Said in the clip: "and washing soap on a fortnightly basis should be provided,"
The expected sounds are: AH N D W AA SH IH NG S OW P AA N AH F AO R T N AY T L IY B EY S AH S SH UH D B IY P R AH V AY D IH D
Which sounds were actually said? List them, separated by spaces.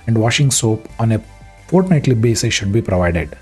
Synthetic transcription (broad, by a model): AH N D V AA SH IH NG S OW P AA N AH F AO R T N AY T L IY B EY S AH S SH UH D B IY P R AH V AY D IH D